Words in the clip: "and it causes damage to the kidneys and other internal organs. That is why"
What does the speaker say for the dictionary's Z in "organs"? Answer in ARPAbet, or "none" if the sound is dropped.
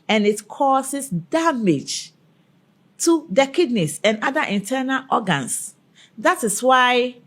S